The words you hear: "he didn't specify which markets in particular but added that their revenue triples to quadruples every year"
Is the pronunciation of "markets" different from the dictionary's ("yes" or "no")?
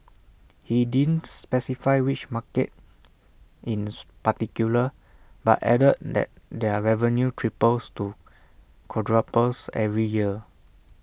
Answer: yes